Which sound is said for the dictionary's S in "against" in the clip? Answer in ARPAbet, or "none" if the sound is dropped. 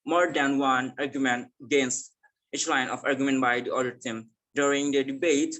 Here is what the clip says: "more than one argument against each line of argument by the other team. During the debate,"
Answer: S